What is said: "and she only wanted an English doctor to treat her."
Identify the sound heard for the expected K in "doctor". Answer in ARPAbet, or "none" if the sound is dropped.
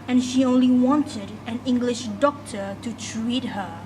K